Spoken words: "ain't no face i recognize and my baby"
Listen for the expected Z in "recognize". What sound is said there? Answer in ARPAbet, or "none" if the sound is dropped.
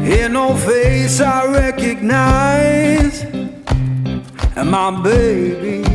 none